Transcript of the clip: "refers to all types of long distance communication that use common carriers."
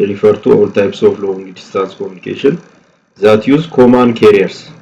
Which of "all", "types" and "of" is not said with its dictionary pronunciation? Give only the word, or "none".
of